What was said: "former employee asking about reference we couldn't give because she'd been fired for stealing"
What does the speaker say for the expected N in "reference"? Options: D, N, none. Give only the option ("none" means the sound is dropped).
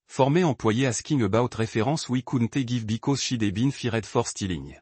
none